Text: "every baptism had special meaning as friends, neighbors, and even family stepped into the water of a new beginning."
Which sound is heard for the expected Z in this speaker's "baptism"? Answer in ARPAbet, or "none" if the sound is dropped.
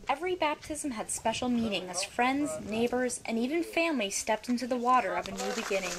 Z